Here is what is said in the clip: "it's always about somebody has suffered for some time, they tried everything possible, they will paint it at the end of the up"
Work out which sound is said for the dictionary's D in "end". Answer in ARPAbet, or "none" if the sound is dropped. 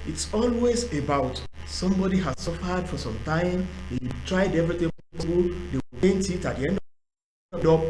D